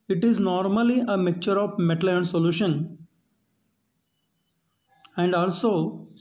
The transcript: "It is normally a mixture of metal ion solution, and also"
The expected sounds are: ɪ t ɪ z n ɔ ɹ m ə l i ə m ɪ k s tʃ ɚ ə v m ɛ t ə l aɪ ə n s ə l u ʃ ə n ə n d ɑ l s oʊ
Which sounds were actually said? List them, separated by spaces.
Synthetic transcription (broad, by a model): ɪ t ɪ z n ɔ ɹ m ə l i ə m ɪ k tʃ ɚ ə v m ɛ t ə l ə n s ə l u ʃ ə n ə n d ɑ l s oʊ